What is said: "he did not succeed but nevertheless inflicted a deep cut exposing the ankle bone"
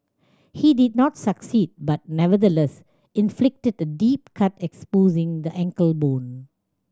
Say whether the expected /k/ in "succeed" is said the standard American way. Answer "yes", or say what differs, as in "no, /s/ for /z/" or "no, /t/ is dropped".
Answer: yes